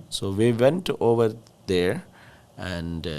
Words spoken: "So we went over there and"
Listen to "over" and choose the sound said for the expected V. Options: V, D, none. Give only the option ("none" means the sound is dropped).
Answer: V